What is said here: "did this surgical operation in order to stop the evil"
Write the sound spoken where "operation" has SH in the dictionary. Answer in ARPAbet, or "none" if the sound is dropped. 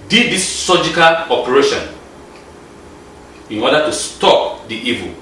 SH